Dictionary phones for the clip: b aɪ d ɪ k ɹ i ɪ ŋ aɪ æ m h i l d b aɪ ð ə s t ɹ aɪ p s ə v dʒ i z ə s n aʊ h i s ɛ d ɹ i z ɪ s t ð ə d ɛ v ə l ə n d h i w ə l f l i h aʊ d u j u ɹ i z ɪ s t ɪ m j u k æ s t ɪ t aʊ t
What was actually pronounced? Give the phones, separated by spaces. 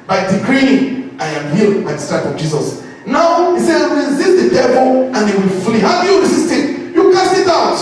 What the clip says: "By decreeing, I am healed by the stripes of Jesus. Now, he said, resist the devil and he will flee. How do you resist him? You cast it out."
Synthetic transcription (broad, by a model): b aɪ d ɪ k ɹ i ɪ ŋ aɪ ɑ m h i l b aɪ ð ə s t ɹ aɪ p ə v dʒ i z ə s n aʊ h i s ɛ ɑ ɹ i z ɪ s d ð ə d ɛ b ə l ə n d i w ə l f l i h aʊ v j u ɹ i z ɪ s t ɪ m j u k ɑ s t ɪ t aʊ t